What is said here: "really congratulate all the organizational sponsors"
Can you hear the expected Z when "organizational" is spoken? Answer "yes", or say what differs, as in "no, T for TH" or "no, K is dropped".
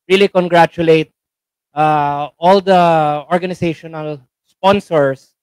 no, S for Z